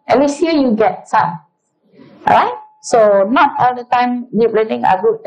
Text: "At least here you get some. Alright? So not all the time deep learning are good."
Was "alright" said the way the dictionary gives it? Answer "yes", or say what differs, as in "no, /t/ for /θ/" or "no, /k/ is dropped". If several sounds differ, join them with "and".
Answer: no, /l/ is dropped